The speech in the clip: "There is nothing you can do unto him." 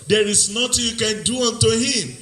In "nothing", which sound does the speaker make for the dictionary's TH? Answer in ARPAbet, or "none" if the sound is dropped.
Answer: T